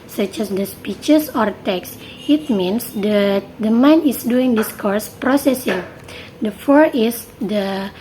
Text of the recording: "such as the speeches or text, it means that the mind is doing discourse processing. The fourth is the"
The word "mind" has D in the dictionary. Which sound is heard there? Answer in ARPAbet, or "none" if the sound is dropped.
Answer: none